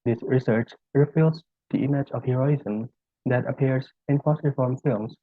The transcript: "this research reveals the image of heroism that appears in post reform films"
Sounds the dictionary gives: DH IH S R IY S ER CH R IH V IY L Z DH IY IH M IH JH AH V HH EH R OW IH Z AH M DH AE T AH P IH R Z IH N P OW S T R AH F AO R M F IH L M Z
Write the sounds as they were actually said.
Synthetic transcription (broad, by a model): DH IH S R IY S ER CH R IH F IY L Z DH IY IH M IH JH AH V HH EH R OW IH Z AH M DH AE T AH P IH R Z IH N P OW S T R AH F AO R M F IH L M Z